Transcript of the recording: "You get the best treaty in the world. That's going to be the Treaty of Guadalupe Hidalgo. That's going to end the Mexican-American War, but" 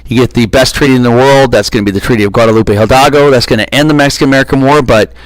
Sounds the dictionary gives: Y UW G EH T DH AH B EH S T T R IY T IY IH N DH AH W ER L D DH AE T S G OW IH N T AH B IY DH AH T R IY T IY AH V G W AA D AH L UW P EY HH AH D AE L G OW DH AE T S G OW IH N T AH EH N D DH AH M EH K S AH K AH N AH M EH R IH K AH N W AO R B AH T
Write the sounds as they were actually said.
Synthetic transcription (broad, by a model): Y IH G EH T DH AH B EH S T T R IY T IY IH N DH AH W ER L D DH AE T S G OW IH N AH B IY DH AH T R IY T IY AH V G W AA D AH L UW P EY HH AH D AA G OW DH AE T S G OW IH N T EH N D DH AH M EH K S AH K AH N AH M EH R IH K AH N W AO R B AH T